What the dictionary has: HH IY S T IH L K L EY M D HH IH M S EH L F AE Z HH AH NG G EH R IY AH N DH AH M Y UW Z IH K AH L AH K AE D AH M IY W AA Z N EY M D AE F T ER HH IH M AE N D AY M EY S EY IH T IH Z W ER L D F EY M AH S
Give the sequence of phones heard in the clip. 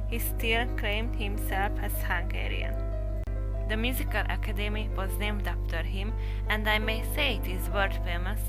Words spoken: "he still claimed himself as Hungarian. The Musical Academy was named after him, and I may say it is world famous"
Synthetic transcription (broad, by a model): HH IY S T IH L K L EY M D HH IH M S EH L F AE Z HH AH NG G EH R IY AH N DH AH M Y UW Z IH K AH L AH K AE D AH M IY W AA Z N EY M D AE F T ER HH IH M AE N D AY M EY S EY IH T IH Z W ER D F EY M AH S